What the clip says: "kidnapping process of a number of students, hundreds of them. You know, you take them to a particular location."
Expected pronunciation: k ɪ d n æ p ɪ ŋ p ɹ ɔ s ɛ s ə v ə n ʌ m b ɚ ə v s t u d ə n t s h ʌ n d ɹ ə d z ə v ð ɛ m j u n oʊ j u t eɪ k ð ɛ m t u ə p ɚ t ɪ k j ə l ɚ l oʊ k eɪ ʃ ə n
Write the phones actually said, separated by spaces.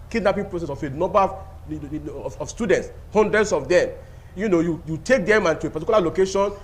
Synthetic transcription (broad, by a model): k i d n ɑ p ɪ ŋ p ɹ ɔ s ɛ s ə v ə n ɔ m b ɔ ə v s t u d ə n t s h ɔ n d ɹ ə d s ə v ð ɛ m j u n oʊ j u t eɪ k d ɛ m t u ə p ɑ t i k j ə l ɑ l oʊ k eɪ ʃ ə n